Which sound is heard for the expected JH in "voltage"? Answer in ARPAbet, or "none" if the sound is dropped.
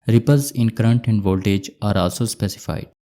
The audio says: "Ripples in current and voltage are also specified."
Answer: JH